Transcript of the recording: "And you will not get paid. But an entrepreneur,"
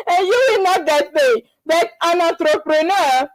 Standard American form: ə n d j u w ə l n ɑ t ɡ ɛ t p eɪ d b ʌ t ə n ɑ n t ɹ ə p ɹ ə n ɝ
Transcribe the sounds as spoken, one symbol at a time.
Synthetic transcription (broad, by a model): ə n j u w ə l n ɑ t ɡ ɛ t b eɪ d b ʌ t ə n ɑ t ɹ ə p ɹ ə n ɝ